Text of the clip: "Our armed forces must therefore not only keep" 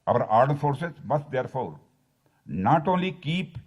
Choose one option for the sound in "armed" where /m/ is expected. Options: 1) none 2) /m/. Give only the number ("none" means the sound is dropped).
1